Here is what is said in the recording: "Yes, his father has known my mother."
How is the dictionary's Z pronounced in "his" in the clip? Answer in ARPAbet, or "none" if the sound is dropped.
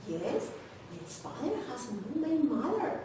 S